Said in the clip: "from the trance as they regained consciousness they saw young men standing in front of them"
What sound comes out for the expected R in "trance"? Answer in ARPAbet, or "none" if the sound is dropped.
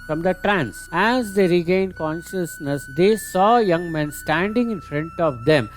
R